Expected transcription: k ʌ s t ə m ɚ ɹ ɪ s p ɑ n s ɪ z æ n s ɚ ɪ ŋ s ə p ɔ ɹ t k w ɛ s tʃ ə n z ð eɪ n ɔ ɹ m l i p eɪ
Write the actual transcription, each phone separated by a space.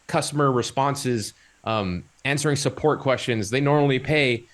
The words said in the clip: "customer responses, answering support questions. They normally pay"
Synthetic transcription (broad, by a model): k ʌ s t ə m ɚ ɹ ɪ s p ɑ n s ɪ z æ n s ɚ ɪ ŋ s ə p ɔ ɹ t k w ɛ s tʃ ə n z ð eɪ n ɔ ɹ m l i p eɪ